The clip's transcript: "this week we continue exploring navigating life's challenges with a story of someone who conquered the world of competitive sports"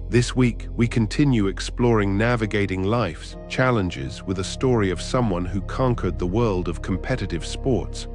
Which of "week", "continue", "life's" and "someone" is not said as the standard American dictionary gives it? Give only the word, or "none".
none